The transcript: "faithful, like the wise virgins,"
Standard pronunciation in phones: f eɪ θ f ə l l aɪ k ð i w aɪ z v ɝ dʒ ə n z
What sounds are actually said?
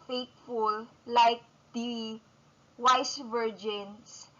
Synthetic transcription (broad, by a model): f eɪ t f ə l l aɪ k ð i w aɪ s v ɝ dʒ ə n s